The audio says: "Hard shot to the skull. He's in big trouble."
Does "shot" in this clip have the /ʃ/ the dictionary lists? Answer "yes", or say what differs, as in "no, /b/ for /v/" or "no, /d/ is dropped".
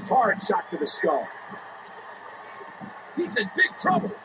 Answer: no, /s/ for /ʃ/